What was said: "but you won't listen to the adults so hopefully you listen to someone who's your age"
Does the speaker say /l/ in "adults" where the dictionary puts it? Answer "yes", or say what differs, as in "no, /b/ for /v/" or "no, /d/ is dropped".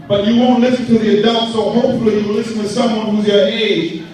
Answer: no, /l/ is dropped